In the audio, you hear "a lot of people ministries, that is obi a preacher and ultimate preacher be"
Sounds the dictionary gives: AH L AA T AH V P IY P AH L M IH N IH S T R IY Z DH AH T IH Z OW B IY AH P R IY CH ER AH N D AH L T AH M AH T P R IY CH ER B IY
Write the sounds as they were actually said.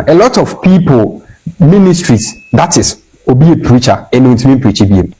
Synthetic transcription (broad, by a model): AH L AA T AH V P IY P AH L M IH N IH S T R IY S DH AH T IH S OW B IY AH P R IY CH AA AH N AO N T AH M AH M P R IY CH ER B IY